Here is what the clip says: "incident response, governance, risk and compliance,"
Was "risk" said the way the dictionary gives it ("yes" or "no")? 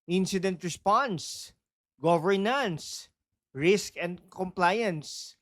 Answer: yes